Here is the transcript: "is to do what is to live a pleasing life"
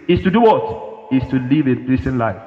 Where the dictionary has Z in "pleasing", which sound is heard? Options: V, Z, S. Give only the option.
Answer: S